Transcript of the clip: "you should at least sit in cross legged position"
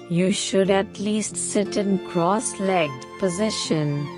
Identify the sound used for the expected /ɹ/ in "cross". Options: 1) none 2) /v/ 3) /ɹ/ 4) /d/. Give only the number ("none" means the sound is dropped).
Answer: 3